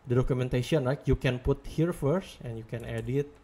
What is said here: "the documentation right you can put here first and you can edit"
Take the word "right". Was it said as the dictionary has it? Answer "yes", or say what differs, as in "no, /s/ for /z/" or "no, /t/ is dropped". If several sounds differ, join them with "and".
no, /l/ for /ɹ/